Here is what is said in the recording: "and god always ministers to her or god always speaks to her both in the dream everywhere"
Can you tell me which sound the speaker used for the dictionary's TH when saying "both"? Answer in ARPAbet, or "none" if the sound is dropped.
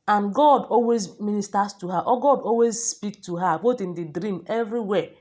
T